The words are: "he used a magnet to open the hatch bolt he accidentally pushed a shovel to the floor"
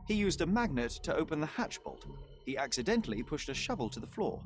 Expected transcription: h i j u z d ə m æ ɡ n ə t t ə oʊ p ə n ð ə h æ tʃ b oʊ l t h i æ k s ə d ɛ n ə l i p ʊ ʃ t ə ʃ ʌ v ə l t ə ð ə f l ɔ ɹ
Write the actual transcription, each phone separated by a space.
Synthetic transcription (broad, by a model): h i j u z d ə m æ ɡ n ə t t ə oʊ p ə n ð ə h æ tʃ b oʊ l t h i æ k s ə d ɛ n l i p ʊ ʃ t ə ʃ ʌ v ə l t ə ð ə f l ɔ ɹ